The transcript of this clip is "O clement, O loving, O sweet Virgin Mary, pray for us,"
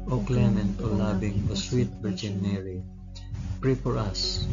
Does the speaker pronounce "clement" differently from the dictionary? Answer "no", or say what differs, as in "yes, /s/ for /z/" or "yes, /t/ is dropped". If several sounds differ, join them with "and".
no